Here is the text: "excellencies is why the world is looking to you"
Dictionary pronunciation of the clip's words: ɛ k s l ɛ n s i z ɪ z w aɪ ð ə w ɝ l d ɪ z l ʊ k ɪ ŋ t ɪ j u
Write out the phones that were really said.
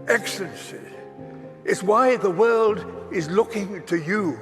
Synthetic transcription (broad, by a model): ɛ k s l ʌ n s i ɪ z w aɪ ð ə w ɝ l d ɪ z l ʊ k ɪ ŋ t ɪ j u